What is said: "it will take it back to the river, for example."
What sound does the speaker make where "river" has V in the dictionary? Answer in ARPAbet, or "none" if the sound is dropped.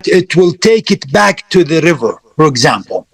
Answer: V